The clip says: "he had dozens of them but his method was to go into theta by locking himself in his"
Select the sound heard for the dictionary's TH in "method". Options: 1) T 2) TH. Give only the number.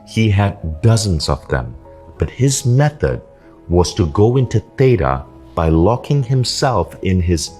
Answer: 2